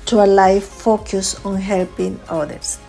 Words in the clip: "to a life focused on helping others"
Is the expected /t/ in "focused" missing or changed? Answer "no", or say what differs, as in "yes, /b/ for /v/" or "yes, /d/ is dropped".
yes, /t/ is dropped